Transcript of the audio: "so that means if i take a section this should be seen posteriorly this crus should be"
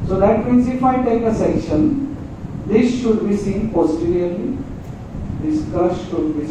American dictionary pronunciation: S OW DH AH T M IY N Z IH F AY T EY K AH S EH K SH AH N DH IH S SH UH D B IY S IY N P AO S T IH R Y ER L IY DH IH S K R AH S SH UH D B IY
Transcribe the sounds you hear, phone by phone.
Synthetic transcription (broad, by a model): S OW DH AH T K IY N S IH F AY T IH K AH S EH K SH AH N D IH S SH UH D B IY S IY N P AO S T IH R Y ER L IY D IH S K AH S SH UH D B IY